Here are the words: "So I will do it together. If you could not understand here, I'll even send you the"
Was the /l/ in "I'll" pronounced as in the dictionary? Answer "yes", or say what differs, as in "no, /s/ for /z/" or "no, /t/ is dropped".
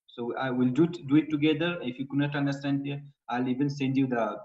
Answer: yes